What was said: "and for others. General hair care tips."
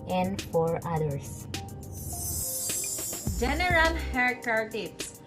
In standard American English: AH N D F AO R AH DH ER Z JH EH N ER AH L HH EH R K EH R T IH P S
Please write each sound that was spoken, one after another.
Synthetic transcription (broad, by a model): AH N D F AO R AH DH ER S JH EH N ER AH L HH EH R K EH R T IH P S